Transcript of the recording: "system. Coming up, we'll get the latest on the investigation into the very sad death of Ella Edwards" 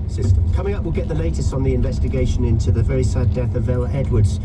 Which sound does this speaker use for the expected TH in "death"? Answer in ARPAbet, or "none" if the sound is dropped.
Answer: TH